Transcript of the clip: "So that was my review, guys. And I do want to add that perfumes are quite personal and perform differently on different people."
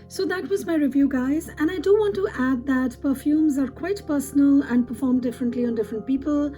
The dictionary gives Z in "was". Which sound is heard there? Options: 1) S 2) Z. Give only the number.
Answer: 2